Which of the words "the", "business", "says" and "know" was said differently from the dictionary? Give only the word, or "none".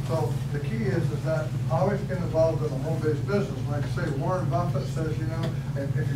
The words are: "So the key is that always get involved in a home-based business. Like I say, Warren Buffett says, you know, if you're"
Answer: none